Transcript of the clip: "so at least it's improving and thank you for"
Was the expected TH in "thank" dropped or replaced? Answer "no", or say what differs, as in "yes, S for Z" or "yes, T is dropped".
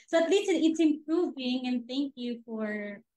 no